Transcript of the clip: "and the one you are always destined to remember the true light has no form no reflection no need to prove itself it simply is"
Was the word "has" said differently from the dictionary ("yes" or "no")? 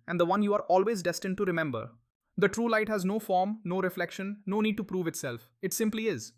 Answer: no